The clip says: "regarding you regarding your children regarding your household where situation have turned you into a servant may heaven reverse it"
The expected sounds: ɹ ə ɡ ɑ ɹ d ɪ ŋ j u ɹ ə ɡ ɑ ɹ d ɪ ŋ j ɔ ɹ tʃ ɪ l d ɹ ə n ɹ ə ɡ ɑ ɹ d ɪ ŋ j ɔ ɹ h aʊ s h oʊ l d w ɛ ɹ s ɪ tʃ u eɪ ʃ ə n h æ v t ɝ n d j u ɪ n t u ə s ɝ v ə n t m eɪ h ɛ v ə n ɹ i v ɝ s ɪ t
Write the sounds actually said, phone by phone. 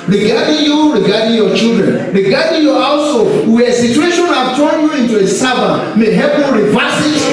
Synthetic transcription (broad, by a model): ɹ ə ɡ ɑ d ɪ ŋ j u ɹ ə ɡ ɑ d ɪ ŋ j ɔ tʃ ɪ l d ɹ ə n ɹ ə ɡ ɑ d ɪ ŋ j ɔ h aʊ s h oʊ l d w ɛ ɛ s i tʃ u eɪ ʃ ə n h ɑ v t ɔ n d j u ɪ n t u ə s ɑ b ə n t m eɪ h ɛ p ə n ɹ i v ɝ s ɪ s